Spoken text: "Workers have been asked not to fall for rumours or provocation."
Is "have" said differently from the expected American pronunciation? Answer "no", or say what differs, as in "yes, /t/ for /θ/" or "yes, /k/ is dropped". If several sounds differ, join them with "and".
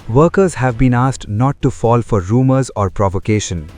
no